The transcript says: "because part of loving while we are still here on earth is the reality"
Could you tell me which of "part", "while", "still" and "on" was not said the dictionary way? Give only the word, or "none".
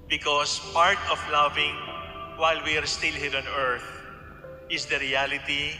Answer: none